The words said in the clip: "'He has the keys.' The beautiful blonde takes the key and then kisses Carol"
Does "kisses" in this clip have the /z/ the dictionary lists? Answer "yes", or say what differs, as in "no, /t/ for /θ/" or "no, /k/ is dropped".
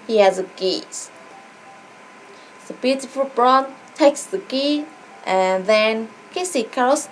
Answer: no, /z/ is dropped